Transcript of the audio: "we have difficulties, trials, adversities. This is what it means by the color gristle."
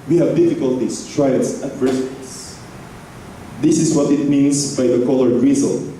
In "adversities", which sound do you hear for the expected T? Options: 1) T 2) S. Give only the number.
2